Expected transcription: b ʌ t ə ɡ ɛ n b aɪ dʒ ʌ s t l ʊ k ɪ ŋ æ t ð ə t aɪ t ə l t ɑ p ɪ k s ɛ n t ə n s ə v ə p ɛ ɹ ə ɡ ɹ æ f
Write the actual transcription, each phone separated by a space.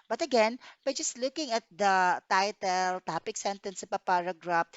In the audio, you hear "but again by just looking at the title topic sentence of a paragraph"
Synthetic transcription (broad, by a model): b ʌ t ə ɡ ɛ n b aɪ dʒ ʌ s t l ʊ k ɪ ŋ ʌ t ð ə t aɪ t ə l t ɑ p ɪ k s ɛ n t ə n s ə p ə p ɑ ɹ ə ɡ ɹ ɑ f